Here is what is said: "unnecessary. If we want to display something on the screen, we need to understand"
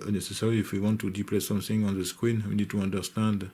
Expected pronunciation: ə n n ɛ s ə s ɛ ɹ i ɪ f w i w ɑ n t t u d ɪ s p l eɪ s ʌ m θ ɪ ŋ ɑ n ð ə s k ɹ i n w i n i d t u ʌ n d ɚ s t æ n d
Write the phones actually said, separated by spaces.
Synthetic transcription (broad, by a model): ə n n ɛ s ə s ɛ ɹ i ɪ f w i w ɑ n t t u d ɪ p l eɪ s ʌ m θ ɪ ŋ ɑ n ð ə s k w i n w i n i d t u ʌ n d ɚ s t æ n d